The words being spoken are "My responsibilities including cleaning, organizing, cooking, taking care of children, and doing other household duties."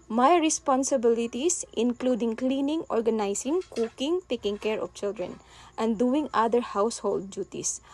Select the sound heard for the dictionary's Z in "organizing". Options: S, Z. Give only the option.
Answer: S